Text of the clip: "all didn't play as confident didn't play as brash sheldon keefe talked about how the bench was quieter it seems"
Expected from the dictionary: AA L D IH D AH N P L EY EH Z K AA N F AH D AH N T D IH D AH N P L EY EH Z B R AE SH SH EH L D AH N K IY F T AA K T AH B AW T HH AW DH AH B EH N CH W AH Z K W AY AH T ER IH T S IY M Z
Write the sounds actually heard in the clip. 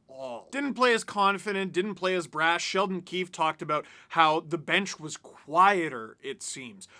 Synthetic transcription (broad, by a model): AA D IH D N P L EY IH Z K AA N F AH D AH N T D IH D N P L EY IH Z B R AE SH SH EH L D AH N K IY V T AA K T AH B AW T HH AW DH AH B EH N CH W AH Z K W AY AH T ER IH T S IY M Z